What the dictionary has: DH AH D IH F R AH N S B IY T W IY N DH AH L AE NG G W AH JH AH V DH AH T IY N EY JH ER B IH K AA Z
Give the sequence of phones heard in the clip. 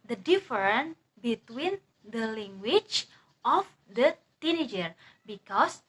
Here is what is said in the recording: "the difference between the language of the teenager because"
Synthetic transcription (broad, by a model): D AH D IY F R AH N B IY T W IY N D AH L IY NG G W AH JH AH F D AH T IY N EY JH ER B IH K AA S